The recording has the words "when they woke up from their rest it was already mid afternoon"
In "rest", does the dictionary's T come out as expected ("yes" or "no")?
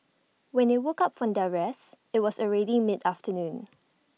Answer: no